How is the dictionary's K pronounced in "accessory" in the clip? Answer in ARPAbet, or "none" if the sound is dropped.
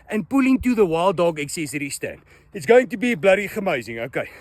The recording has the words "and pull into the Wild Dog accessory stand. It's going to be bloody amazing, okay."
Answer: K